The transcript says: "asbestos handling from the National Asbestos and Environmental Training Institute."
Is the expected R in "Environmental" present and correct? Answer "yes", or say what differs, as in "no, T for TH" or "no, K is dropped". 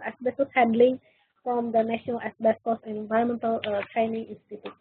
no, R is dropped